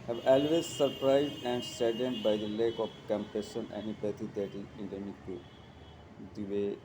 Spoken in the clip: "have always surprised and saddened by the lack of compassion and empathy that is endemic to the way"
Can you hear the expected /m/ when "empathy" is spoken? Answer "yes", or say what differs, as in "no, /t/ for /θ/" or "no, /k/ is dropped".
no, /m/ is dropped